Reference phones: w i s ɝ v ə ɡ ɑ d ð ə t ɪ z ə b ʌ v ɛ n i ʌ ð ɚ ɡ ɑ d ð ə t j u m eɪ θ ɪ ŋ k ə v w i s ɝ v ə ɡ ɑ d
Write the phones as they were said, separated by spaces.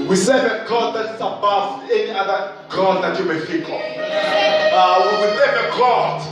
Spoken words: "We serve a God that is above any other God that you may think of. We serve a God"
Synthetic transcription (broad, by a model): w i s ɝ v ə ɡ ɑ d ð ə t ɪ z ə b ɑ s ɛ n i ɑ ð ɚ ɡ ɑ d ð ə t j u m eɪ f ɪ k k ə w w i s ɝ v ə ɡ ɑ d